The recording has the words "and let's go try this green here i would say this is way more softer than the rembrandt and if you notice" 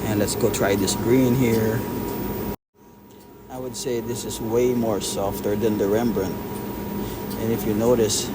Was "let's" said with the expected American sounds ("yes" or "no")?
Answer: yes